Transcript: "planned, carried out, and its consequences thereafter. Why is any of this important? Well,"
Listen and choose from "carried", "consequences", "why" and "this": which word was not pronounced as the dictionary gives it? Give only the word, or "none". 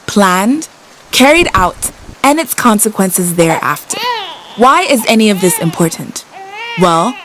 none